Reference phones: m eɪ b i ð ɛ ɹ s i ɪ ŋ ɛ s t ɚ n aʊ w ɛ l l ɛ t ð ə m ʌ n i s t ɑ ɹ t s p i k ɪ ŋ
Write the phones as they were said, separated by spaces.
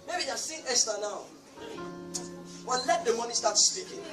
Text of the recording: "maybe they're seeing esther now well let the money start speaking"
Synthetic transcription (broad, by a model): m eɪ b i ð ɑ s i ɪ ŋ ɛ s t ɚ n aʊ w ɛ n l ɛ t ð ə m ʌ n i s t ɑ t s p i k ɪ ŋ